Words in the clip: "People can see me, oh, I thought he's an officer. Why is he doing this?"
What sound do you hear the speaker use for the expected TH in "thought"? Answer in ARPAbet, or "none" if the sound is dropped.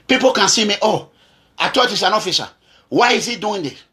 T